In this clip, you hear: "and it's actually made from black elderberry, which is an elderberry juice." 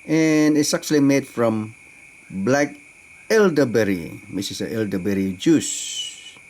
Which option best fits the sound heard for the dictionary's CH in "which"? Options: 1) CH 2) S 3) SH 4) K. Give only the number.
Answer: 2